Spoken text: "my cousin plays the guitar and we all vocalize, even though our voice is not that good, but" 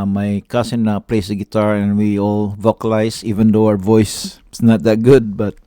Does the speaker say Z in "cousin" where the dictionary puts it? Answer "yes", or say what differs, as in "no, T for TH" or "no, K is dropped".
no, S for Z